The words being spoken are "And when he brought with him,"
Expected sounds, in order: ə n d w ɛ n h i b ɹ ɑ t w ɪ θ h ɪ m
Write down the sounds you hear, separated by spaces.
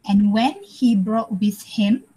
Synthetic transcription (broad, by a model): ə n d w ɛ n h i b ɹ ɑ t w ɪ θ h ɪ m